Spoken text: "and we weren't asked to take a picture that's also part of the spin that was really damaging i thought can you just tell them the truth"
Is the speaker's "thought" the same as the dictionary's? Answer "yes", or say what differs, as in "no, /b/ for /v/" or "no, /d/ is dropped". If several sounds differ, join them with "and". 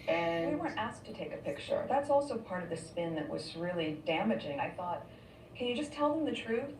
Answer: yes